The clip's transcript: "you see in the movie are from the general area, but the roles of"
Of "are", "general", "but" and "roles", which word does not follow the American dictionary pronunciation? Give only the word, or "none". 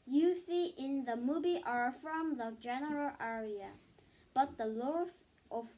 roles